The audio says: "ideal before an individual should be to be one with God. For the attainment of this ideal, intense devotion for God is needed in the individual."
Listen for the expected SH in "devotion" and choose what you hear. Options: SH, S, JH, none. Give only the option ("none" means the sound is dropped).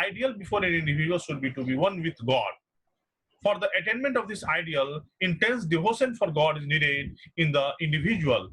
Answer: S